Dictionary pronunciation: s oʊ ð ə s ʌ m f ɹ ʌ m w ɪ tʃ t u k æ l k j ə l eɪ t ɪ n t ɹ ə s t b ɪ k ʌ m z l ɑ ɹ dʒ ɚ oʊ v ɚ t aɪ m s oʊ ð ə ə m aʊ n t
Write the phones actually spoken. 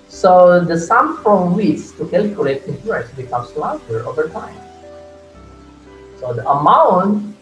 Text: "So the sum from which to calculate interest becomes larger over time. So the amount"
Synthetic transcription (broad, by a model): s oʊ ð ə s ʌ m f ɹ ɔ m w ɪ s t u k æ l k j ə l eɪ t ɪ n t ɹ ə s b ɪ k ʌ m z l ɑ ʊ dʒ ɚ oʊ v ɚ t aɪ m s oʊ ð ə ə m aʊ n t